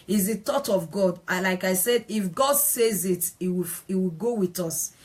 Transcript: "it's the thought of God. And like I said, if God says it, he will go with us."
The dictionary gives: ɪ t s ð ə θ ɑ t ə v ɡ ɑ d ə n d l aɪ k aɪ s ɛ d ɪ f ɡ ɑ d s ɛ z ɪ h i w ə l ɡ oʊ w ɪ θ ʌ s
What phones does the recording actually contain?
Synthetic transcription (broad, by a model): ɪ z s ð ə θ ɑ t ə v ɡ ɑ d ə l aɪ k aɪ s ɛ d ɪ f ɡ ɑ d s ɛ z ɪ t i w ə w ɡ oʊ w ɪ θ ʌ s